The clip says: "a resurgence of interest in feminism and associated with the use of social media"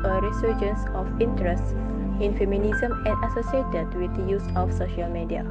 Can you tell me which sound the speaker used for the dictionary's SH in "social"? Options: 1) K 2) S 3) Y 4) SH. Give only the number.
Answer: 4